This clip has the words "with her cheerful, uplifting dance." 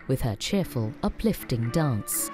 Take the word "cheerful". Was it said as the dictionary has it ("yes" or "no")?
yes